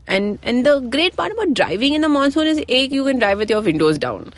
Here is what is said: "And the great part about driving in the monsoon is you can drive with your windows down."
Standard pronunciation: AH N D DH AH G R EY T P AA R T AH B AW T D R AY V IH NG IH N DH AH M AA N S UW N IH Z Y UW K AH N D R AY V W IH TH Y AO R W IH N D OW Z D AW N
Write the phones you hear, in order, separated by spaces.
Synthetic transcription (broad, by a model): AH N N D AH G R EY T P AA R T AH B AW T D R AY V IH NG IH N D AH M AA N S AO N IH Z Y UW K AH N D R AY V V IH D Y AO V IH N D OW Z D AW N